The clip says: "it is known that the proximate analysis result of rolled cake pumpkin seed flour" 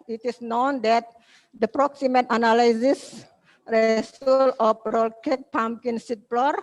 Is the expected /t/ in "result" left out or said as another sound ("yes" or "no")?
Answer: yes